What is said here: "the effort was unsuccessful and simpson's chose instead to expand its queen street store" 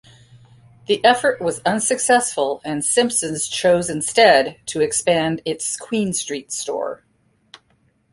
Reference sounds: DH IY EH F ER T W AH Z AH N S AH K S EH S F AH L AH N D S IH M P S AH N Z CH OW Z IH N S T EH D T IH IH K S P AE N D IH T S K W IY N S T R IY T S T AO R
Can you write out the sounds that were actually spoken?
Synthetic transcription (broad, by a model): DH IY EH F ER T W AH Z AH N S AH K S EH S F AH L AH N S IH M P S AH N Z CH OW Z IH N S T EH D T IH IH K S P AE N D IH T S K W IY N S T R IY T S T AO R